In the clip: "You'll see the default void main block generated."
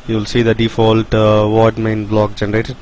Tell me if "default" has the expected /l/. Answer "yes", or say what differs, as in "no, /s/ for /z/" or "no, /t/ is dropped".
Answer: yes